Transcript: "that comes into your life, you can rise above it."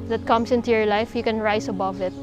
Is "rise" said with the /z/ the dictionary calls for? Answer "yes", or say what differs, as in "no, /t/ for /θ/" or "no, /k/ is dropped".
no, /s/ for /z/